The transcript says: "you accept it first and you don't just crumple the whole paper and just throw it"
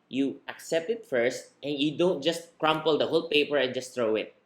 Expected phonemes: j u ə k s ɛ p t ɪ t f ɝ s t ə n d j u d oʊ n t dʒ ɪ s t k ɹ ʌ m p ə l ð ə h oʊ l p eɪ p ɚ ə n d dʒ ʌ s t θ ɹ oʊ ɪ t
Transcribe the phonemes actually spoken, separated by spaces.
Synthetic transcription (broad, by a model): j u ə k s ɛ p t ɪ t f ɝ s t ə n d j u d oʊ n t dʒ ɪ s t k ɹ ʌ m p ə l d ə h oʊ l p eɪ p ɚ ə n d dʒ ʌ s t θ ɹ oʊ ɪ t